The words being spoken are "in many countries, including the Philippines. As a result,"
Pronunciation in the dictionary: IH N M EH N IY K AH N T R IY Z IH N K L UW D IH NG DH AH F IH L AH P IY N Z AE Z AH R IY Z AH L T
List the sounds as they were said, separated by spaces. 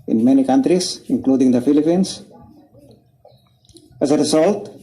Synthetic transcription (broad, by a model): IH N M EH N IY K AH N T R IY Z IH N K L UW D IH NG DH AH F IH L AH P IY N S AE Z AH R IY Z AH L T